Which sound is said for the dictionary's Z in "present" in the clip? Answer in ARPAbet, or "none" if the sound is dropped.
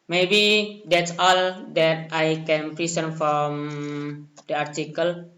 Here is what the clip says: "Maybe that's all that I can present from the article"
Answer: S